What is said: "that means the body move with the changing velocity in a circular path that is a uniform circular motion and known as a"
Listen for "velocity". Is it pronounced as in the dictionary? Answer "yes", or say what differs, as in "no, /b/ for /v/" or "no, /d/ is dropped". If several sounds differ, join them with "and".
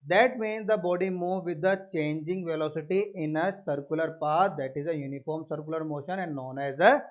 yes